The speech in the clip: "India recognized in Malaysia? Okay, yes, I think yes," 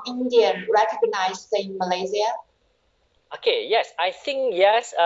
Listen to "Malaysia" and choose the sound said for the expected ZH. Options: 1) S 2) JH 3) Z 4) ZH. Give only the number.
3